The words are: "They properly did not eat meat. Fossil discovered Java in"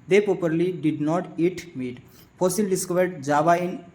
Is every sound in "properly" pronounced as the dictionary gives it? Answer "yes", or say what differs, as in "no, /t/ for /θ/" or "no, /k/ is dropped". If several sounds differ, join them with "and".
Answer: yes